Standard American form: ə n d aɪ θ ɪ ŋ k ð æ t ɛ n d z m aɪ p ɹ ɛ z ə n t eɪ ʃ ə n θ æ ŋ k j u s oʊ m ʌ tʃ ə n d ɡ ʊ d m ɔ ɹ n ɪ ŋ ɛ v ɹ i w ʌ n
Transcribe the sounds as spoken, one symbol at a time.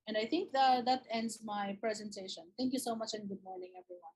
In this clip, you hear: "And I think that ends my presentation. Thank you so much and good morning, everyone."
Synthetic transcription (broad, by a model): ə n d aɪ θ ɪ ŋ k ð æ t ɛ n d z m aɪ p ɹ ɛ z ə n t eɪ ʃ ə n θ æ ŋ k j u s oʊ m ʌ tʃ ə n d ɡ ʊ d m ɔ ɹ n ɪ ŋ ɛ v ɹ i w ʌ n